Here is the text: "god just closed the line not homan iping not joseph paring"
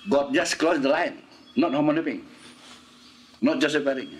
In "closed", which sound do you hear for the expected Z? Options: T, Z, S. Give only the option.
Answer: S